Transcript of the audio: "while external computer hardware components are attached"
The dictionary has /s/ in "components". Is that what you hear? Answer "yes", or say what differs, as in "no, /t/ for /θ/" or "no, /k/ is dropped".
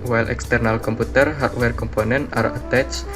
no, /s/ is dropped